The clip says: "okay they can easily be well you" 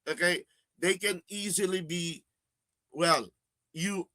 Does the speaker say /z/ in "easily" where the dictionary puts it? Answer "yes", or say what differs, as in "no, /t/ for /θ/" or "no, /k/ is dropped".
yes